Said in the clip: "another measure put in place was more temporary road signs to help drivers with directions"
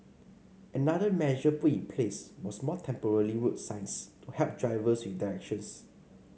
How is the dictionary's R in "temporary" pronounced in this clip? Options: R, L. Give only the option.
L